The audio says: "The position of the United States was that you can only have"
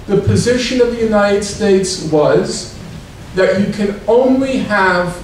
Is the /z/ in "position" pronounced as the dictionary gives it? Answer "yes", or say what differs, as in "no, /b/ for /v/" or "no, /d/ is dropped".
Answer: yes